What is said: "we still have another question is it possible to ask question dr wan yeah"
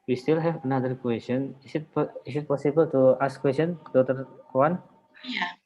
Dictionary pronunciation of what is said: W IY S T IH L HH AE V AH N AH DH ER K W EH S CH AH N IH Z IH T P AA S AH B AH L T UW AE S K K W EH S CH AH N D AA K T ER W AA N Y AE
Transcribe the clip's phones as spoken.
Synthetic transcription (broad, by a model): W IY S T IH L HH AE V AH N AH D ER K W EH S CH AH N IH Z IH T P AA S AH B AH L T UW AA S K K W EH S CH AH N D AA T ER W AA N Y